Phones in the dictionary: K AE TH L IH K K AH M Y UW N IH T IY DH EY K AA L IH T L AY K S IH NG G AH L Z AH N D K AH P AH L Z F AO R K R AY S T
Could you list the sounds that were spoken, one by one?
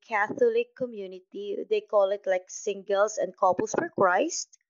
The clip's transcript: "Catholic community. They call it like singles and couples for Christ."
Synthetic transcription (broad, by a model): K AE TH L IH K K AH M Y UW N IH T IY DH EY K AA L IH T L AY K S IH NG G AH L S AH N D K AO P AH L S F AO R K R AY S T